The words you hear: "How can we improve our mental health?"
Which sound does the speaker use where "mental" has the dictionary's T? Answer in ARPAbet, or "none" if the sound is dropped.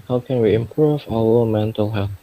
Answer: T